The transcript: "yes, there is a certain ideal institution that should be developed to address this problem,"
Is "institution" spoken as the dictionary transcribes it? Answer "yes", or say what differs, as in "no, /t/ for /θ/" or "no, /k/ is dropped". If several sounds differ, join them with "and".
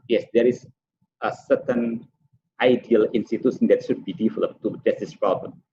no, /s/ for /ʃ/